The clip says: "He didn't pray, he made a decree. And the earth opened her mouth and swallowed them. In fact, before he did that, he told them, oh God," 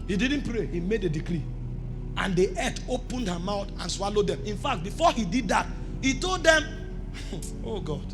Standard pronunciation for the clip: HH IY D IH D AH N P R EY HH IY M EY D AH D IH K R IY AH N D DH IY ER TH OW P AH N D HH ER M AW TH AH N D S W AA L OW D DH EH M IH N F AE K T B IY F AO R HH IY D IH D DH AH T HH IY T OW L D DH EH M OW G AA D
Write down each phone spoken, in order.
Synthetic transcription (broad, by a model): HH IY D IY D N P R EY HH IY M EY D AH D IH K R IY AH N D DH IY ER T OW P AH N D HH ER M AW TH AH N S W AA L OW D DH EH M IH N F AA K T B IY F AO HH IY D IH D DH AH T HH IY T OW L D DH EH M OW G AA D